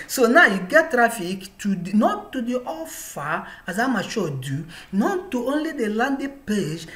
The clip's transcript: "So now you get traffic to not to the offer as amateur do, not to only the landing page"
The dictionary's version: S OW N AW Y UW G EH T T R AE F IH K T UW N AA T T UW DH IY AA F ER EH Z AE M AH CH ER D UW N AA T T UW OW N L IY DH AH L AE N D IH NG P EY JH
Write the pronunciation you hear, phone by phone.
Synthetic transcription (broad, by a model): S OW N AW Y UW G EH T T R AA F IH K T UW N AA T T UW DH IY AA F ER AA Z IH M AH SH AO D UW N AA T T UW OW N L IY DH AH L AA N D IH P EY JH